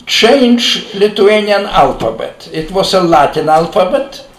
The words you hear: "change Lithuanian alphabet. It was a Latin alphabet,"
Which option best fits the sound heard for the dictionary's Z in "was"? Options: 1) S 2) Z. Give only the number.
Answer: 1